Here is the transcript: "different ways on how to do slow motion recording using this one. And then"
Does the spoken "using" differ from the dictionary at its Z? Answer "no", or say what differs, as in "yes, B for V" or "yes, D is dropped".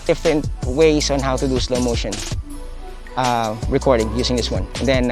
yes, S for Z